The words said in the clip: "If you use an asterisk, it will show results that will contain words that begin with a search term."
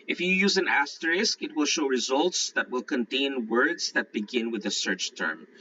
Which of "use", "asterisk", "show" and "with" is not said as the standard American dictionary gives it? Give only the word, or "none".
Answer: none